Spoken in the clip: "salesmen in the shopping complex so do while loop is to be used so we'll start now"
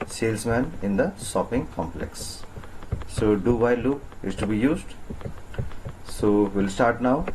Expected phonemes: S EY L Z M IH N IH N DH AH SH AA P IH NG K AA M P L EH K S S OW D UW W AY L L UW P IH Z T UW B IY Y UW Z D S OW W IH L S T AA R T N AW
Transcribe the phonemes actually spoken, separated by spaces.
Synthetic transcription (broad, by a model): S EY L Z M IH N IH N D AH S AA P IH NG K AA M P L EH K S S OW D UW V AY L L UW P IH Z T UW B IY Y UW Z D S OW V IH L S T AA R T N AW